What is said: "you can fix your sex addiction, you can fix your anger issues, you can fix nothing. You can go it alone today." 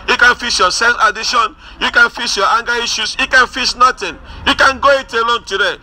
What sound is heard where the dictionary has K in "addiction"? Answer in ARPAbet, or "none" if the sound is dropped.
none